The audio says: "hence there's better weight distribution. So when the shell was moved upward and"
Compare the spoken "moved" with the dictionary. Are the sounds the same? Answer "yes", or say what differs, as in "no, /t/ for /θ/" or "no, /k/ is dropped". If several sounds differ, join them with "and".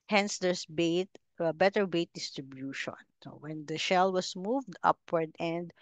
yes